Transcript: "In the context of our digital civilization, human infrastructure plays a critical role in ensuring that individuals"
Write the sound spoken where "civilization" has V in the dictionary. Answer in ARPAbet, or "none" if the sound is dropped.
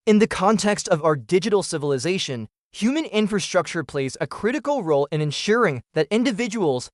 V